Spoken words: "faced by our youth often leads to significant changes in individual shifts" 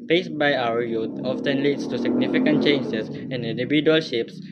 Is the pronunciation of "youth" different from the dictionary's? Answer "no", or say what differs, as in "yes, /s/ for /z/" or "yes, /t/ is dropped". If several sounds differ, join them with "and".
yes, /t/ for /θ/